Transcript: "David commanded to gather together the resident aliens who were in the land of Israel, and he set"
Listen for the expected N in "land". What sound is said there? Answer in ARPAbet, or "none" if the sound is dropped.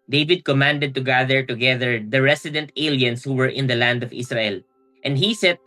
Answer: N